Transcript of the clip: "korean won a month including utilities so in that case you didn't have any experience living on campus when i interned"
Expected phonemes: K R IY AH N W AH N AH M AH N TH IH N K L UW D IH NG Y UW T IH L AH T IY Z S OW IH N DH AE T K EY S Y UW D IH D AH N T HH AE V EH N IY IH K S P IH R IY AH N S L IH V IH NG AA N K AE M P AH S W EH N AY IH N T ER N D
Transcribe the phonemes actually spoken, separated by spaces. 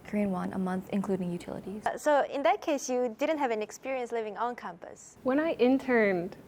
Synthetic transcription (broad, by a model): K R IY N W AH N AH M AH N TH IH N K L UW D IH NG Y UW T IH L AH T IY Z S OW IH N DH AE T K EY S Y UW D IH D AH N T HH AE V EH N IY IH K S P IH R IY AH N S L IH V IH NG AA N K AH M P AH S W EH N AY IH N T ER N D